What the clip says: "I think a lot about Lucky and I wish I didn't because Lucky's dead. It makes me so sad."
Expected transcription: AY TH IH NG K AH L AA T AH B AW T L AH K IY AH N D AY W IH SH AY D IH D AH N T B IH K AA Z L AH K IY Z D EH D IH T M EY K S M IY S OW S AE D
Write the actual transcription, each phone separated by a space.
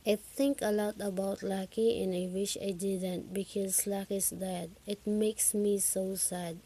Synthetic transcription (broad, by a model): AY T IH NG K AH L AA T AH B AW T L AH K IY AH N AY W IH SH AY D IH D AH N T B IH K AA Z L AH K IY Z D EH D IH T M EY K S M IY S OW S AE D